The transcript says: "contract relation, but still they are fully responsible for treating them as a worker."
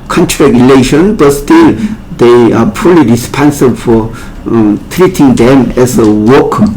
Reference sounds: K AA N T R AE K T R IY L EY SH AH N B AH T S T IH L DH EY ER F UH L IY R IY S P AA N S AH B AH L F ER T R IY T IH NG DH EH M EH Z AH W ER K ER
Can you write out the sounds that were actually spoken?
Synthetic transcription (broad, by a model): K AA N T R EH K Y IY L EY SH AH N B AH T S T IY L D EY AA P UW L IY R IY S P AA N S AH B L F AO T R IY T IH NG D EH M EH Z AH W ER K